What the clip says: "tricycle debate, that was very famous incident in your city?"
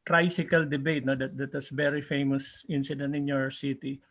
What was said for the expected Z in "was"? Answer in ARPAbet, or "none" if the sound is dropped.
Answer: S